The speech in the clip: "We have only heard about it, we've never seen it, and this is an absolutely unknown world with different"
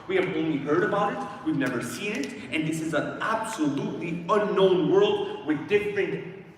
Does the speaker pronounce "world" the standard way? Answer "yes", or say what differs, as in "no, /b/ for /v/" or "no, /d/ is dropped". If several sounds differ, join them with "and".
yes